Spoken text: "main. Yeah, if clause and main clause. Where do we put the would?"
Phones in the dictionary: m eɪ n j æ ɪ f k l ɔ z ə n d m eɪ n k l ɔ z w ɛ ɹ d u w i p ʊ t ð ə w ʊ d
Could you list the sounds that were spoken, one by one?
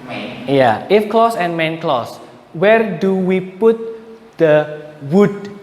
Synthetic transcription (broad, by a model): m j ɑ ɪ f k l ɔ s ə n m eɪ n k l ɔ s w ɛ ɹ d u w i p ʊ t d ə w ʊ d